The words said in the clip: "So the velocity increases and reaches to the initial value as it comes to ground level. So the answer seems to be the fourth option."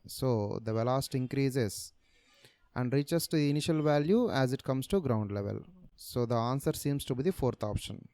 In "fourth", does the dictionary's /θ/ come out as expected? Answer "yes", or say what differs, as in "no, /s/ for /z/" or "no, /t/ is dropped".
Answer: no, /t/ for /θ/